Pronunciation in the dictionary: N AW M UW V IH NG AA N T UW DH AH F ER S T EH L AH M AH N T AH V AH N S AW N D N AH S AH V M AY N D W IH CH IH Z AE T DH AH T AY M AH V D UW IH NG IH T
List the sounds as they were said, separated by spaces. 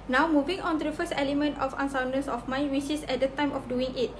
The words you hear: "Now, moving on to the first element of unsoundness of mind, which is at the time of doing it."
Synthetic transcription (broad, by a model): N AW M UW V IH NG AA N T UW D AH F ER S T EH L AH M AH N T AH F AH N S AW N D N S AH F M AY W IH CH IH S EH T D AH T AY M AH F D UW IH NG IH T